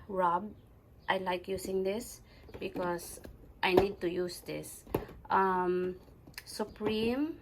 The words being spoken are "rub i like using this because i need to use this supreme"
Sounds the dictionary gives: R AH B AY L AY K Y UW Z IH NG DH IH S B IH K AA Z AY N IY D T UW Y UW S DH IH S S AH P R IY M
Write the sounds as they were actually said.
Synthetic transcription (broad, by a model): R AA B AY L AY K Y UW S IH NG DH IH S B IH K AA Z AY N IY D T UW Y UW S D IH S S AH P R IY M